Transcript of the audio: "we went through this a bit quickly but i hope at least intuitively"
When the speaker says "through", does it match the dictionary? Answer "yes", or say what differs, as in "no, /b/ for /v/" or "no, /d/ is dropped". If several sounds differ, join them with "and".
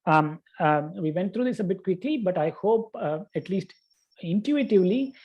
no, /t/ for /θ/